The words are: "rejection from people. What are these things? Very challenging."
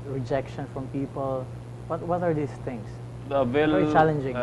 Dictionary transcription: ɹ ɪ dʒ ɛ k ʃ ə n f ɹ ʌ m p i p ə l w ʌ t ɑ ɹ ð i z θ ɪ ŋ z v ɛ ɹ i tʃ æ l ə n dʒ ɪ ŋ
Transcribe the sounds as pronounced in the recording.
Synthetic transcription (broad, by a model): ɹ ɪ dʒ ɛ k ʃ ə n f ɹ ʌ m p i p ə l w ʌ t ɑ ɹ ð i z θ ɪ ŋ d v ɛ l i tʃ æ l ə n dʒ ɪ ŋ